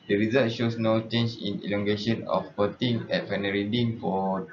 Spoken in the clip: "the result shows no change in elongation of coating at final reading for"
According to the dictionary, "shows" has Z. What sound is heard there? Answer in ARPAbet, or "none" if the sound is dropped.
S